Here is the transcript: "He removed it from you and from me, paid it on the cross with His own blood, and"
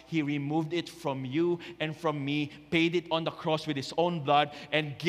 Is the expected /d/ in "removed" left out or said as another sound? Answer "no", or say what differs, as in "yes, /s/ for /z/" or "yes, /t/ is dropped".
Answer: no